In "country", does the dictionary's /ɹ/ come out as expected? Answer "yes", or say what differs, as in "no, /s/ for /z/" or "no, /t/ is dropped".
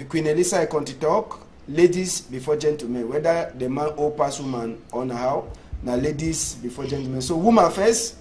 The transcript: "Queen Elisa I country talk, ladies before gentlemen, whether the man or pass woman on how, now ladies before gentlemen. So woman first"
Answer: no, /ɹ/ is dropped